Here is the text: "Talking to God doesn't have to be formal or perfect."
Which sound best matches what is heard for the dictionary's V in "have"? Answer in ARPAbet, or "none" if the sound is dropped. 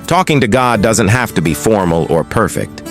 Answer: F